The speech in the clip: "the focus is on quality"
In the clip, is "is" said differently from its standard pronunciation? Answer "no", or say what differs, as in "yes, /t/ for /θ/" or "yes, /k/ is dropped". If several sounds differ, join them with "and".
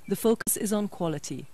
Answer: no